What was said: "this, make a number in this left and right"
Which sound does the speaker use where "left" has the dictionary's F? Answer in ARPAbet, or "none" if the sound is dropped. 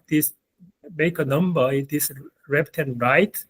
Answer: P